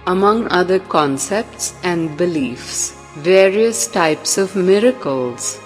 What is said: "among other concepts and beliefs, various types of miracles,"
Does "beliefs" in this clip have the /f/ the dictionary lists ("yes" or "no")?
yes